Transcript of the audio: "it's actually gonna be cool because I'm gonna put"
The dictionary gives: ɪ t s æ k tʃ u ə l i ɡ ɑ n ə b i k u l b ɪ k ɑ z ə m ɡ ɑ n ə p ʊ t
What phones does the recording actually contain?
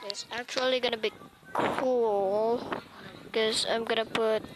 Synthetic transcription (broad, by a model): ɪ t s æ k tʃ u ə l i ɡ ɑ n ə b i k u l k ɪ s ɑ ə m ɡ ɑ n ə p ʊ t